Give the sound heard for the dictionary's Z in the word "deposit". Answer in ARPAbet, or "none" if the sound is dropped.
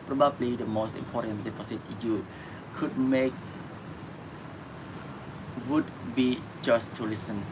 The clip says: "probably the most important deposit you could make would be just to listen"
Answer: S